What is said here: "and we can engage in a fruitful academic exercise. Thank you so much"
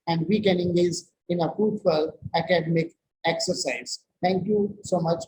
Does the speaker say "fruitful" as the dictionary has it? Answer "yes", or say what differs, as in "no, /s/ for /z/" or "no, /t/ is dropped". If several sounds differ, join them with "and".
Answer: no, /ɹ/ is dropped